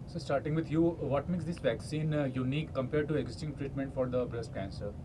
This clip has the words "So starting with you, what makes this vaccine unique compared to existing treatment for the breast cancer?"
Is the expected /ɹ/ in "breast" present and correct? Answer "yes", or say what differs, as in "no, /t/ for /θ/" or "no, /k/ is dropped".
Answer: yes